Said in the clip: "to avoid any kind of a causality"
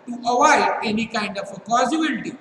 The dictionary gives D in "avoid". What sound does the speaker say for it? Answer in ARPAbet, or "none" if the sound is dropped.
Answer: none